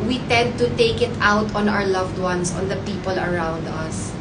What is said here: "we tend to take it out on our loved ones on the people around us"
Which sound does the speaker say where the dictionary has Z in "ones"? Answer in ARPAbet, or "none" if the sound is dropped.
S